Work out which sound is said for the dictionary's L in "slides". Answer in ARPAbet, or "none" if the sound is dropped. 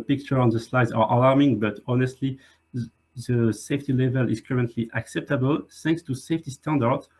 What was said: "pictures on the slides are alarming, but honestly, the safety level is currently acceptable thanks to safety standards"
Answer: L